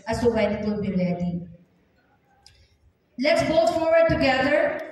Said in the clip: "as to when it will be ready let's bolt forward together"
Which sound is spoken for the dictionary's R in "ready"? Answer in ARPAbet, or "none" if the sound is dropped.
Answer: L